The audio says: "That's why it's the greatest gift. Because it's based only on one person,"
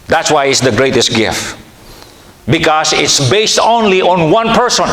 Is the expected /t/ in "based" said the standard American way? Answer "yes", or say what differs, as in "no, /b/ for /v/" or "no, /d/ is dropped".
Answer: yes